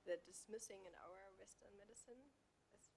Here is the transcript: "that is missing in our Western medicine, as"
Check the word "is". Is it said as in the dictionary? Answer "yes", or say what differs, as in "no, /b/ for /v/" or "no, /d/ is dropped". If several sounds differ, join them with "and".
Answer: no, /s/ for /z/